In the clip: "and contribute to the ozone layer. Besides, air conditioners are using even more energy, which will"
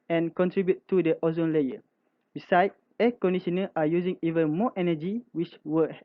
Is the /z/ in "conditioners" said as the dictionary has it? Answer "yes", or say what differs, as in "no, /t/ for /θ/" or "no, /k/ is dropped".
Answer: no, /z/ is dropped